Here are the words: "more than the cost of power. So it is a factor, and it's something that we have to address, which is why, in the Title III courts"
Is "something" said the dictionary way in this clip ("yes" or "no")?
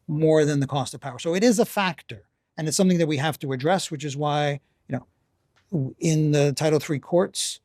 yes